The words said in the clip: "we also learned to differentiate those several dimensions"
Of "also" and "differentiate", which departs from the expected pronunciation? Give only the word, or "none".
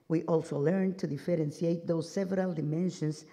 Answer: differentiate